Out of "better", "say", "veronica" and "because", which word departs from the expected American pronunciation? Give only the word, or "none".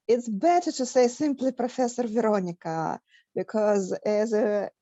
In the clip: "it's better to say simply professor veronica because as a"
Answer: none